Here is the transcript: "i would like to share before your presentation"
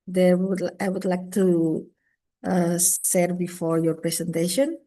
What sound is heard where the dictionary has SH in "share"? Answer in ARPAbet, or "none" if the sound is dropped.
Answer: S